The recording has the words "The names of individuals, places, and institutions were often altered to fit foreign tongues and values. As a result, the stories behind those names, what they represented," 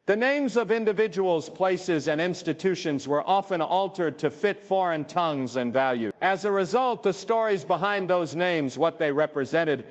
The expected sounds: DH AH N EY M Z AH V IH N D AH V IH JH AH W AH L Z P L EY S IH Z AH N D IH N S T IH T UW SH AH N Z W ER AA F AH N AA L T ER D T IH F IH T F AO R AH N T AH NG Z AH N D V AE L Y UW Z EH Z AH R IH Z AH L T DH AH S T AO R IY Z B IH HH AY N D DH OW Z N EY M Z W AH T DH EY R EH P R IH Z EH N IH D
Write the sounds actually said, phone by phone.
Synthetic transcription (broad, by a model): DH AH N EY M Z AH V IH N D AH V IH JH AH W L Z P L EY S IH Z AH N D IH N S T IH T UW SH AH N Z W ER AA F AH N AA L T ER D T IH F IH T F AO R AH N T AH NG Z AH N V AE L Y UW IH Z AH R IH Z AH L T DH AH S T AO R IY Z B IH HH AY N DH OW Z N EY M Z W AH T DH EY R EH P R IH Z EH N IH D